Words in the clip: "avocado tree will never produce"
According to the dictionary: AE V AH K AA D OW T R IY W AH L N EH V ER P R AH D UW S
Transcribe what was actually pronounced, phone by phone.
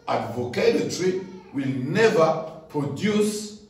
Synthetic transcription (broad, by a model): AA V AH K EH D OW T R IY W AH L N EH V ER P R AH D UW S